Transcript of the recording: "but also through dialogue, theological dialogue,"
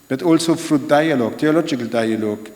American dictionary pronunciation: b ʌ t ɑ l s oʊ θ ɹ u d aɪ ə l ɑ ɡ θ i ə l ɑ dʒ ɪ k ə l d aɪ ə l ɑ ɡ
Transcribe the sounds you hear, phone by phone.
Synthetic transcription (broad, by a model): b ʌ t ɑ l s oʊ f ɹ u d aɪ ə l ɑ ɡ t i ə l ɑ dʒ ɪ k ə l d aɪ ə l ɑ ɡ